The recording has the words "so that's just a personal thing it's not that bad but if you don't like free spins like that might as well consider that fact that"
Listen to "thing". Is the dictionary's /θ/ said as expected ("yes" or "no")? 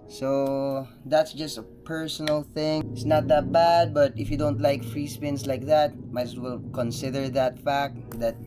yes